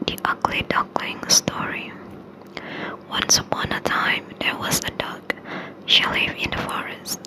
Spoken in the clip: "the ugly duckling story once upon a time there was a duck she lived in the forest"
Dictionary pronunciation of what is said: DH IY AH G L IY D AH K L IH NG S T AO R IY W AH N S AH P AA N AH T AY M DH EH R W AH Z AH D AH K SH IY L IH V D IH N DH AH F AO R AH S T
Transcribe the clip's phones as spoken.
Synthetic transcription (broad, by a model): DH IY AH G L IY D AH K L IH NG S T AO R IY W AH N S AH P AA N AH T AY M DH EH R W AH Z AH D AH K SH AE L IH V IH N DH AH F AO R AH S T